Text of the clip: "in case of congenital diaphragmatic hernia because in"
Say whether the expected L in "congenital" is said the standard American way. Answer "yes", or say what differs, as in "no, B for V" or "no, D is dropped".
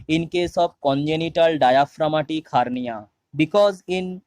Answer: yes